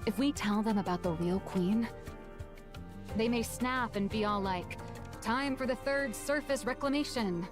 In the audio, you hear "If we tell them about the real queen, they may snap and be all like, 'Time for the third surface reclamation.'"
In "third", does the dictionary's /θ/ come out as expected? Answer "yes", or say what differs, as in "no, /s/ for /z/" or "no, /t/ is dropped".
yes